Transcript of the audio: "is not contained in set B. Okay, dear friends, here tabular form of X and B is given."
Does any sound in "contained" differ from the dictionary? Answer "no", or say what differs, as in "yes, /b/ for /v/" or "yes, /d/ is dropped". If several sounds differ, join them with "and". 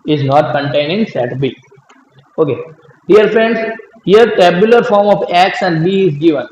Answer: yes, /d/ is dropped